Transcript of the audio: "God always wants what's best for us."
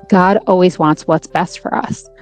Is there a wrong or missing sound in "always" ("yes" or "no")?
no